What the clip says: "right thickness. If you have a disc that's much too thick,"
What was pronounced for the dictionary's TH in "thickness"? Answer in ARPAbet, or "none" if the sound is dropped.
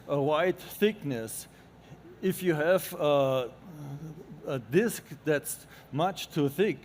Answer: TH